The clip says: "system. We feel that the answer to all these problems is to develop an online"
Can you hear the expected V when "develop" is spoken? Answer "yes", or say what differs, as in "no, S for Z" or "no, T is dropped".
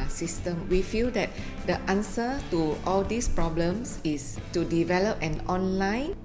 yes